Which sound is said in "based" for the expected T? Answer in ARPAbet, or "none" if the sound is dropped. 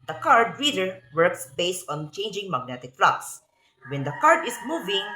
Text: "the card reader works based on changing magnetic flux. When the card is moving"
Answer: T